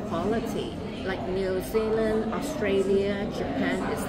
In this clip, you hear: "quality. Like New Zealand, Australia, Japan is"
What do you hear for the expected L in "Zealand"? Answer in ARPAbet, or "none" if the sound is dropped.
L